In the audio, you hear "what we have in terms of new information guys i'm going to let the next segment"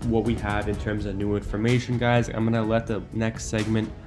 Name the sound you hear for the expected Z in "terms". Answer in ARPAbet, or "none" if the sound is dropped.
Z